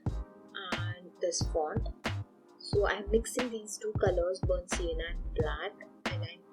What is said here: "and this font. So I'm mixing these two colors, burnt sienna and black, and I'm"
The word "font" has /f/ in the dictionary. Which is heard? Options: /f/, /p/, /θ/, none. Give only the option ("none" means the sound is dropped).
/p/